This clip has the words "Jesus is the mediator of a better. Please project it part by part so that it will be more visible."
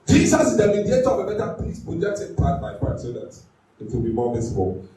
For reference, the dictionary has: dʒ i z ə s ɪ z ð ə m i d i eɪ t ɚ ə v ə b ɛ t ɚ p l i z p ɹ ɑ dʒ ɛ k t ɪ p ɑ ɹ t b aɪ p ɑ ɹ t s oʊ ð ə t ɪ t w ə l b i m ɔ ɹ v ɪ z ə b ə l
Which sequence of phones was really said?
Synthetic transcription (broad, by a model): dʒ i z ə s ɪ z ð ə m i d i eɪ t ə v ə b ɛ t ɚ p i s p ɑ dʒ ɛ t ɪ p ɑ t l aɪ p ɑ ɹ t s oʊ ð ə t ɪ t w ə l b i m ɔ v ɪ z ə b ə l